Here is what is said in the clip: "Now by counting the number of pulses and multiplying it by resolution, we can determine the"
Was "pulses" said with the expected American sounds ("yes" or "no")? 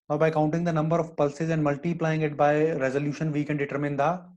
yes